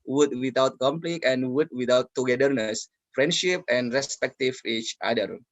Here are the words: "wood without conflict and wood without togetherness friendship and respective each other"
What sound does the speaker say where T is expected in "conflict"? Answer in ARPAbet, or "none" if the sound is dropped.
none